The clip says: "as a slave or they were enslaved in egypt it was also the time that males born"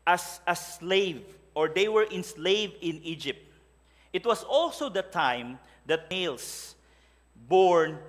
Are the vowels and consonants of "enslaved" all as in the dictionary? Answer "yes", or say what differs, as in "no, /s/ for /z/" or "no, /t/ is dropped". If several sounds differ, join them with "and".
no, /d/ is dropped